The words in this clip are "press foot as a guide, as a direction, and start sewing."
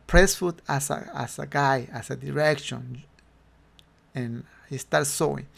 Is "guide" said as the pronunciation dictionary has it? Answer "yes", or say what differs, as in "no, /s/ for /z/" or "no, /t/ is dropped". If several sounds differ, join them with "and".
no, /d/ is dropped